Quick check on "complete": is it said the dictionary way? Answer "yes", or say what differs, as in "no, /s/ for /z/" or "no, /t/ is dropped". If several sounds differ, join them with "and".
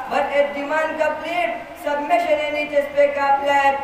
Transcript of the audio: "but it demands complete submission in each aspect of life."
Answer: no, /m/ is dropped